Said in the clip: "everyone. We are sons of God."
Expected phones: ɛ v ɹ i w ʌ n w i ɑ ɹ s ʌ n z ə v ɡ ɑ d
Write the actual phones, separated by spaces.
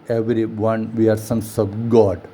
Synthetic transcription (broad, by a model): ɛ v ɹ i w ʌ n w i ɑ ɹ s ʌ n s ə b ɡ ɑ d